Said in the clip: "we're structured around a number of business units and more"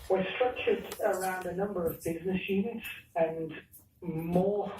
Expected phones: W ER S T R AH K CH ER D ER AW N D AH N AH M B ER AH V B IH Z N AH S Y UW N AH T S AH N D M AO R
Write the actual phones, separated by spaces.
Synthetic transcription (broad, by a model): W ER S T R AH CH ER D ER AW N D AH N AH M B ER AH V B IH Z N AH S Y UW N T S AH N M AO R